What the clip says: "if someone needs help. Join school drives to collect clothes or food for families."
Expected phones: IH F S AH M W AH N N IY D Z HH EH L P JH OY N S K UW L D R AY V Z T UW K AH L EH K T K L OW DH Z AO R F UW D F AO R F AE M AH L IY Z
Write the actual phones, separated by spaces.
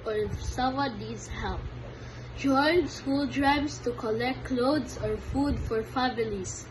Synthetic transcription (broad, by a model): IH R S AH W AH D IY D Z HH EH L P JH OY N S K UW L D R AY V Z T UW K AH L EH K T K L OW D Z AO R F UW D F AO R F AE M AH L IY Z